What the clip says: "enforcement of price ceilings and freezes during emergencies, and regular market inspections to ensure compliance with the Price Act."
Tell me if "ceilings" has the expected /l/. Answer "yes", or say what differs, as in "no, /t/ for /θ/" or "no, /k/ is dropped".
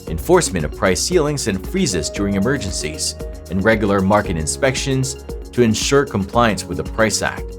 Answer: yes